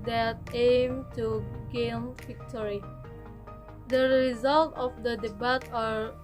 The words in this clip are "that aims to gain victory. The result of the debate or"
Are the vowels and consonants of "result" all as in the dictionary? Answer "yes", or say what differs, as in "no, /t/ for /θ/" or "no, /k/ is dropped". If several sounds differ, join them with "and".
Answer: yes